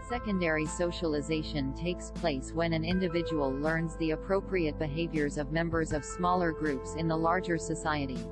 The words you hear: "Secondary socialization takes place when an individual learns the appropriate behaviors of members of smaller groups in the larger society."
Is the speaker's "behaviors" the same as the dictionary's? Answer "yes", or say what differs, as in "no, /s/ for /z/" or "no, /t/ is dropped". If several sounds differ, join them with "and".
yes